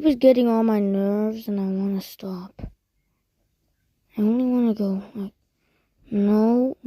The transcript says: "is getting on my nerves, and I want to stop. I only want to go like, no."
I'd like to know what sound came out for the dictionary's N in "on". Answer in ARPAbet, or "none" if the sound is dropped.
L